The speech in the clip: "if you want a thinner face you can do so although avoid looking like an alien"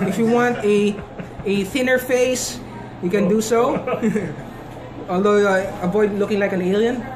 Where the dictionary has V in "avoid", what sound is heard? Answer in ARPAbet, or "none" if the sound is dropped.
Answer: B